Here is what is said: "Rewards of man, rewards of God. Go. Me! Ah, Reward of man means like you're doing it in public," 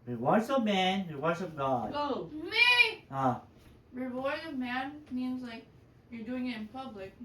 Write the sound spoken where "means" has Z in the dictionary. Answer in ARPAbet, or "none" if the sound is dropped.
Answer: Z